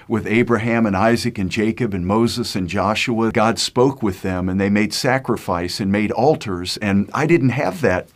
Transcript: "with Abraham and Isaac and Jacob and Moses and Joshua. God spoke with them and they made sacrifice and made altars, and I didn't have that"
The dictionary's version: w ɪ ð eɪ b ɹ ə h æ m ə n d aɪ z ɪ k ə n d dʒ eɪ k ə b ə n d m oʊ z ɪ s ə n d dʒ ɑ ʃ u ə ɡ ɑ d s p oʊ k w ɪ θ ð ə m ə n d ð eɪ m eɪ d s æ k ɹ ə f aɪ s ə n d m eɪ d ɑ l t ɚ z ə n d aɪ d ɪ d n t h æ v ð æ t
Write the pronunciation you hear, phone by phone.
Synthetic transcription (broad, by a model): w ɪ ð eɪ b ɹ ə h æ m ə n aɪ z ɪ k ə n dʒ eɪ k ə b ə n m oʊ z ɪ s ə n dʒ ɑ ʃ u ə ɡ ɑ d s p oʊ k w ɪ ð ə m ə n ð eɪ m eɪ d s æ k ɹ ə f aɪ s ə n m eɪ d ɑ l t ɚ z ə n aɪ d ɪ d n t h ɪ v ð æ t